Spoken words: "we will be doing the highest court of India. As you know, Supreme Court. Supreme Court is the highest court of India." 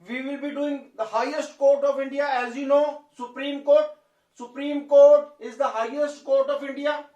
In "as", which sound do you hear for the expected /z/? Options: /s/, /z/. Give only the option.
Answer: /z/